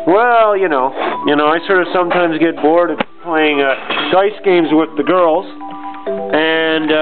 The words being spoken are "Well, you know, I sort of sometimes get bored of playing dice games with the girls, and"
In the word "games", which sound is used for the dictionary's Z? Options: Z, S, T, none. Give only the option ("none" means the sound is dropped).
Z